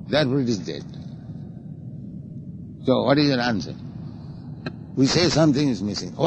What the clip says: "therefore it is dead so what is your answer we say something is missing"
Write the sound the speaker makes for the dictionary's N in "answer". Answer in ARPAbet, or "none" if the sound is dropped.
N